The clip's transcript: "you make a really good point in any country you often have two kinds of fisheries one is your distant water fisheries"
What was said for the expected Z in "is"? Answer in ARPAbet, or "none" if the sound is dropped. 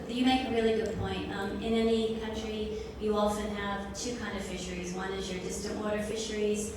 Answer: Z